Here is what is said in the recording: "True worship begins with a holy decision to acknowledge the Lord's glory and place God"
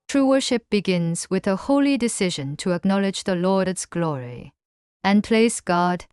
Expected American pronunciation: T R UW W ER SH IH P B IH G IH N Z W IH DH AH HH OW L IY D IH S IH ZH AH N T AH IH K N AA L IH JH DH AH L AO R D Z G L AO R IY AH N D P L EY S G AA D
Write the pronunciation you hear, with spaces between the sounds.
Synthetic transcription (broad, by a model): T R UW W ER SH IH P B IH G IH N Z W IH DH AH HH OW L IY D IH S IH ZH AH N T AH IH K N AA L IH JH DH AH L AO R D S G L AO R IY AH N P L EY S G AA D